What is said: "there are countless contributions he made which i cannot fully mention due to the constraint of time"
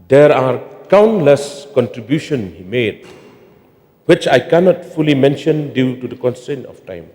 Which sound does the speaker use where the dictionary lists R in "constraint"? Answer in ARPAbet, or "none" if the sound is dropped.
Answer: none